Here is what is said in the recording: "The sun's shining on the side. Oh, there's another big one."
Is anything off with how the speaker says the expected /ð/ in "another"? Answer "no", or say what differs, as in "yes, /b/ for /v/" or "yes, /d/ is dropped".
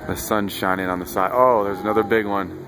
no